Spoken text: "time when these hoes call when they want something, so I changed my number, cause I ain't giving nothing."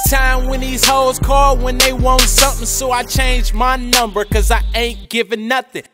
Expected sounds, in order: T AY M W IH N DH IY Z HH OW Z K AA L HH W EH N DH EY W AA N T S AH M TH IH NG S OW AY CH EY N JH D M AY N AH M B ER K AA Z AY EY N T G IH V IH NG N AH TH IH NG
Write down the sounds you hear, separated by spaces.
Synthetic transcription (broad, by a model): T AY M W IH N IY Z HH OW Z K AA L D W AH N DH EY W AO N T S AH M TH IH NG S OW AY CH EY N JH M AY N AH M B ER K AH Z AY EY N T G IH V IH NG N AH TH IH NG